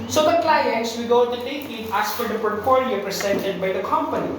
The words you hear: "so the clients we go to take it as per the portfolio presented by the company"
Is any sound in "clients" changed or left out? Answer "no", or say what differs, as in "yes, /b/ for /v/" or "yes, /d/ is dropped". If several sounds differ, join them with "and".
no